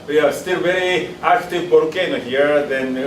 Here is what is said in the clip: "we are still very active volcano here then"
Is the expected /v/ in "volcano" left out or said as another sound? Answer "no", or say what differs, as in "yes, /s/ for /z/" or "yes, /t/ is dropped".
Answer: yes, /p/ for /v/